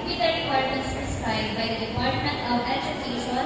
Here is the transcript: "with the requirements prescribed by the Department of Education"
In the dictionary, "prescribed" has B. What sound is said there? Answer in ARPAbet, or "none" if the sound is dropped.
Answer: none